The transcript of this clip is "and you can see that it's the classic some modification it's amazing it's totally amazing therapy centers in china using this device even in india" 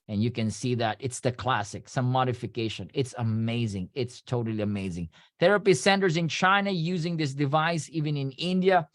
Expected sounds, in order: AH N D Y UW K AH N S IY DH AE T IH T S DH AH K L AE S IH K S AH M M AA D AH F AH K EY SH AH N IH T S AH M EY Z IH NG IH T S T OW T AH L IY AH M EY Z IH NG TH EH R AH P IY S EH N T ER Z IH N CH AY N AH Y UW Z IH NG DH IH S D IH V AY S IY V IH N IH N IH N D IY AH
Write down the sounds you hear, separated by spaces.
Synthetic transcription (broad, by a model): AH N Y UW K AH N S IY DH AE T IH T S DH AH K L AE S IH K S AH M M AA D AH F AH K EY SH AH N IH T S AH M EY Z IH NG IH T S T OW T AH L IY AH M EY Z IH NG TH EH R AH P IY S EH N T ER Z IH N CH AY N AH Y UW Z IH NG DH IH S D IH V AY S IY V IH N IH N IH N D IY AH